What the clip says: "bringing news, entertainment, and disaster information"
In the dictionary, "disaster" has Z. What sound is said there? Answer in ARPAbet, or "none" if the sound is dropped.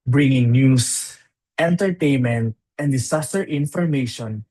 S